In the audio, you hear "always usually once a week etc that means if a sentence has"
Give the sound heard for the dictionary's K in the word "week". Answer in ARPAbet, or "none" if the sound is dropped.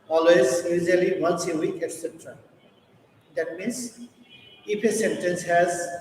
K